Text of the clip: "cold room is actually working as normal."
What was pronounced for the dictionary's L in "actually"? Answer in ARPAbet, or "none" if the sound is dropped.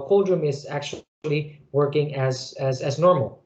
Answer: L